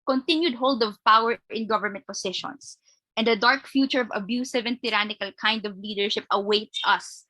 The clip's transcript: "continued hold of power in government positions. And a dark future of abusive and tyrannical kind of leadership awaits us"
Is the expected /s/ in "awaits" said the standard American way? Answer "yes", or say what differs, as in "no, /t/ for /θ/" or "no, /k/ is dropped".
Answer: yes